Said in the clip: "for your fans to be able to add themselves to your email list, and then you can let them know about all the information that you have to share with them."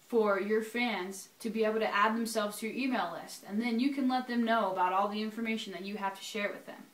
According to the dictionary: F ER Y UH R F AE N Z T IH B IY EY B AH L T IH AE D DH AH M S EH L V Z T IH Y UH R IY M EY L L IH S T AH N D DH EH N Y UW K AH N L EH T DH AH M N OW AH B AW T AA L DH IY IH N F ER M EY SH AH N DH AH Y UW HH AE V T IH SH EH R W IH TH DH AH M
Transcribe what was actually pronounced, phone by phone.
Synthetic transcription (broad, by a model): F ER Y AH R F AE N Z T IH B IY EY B L T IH AE D DH AH M S EH L V Z T IH Y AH R IY M EY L L IH S T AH N DH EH N Y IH K AH N L EH T DH AH M N OW AH B AW T AA L DH IY IH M F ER M EY SH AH N DH AH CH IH HH AE F T IH SH EH R W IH DH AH M